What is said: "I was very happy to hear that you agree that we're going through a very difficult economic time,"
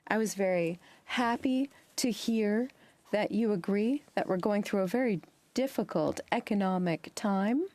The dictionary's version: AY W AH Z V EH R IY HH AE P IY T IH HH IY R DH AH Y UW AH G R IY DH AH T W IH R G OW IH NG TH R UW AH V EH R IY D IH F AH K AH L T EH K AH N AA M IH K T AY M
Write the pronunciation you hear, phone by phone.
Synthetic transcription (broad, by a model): AY W AH Z V EH R IY HH AE P IY T IH HH IY R DH AH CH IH AH G R IY DH AH T W IH R G OW IH NG TH R UW AH V EH R IY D IH F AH K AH L T EH K AH N AA M IH K T AY M